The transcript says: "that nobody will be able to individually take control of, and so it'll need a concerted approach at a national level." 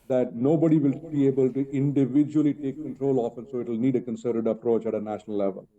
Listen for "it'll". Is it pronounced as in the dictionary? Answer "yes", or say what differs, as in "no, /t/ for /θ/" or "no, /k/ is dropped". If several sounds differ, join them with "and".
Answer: yes